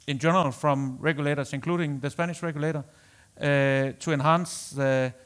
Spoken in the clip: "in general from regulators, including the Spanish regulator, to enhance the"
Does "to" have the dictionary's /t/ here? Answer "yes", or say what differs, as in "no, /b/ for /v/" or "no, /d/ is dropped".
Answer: no, /s/ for /t/